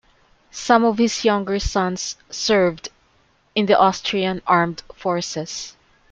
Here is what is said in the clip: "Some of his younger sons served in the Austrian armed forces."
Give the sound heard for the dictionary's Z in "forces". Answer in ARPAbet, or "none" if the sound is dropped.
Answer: S